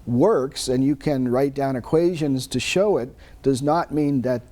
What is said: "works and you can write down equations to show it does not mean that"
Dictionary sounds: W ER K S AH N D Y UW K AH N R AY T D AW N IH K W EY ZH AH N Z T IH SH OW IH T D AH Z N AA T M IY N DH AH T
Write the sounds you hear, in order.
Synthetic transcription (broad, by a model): W ER K S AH N Y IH K AH N R AY T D AW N IH K W EY ZH AH N Z T IH SH OW IH T D AH Z N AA T M IY N DH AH T